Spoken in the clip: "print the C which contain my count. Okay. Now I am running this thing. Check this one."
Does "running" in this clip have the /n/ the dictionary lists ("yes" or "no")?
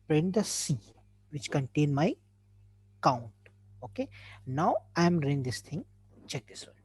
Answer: no